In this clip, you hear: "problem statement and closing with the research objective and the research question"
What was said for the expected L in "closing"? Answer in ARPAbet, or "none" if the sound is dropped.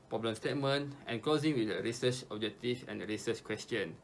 none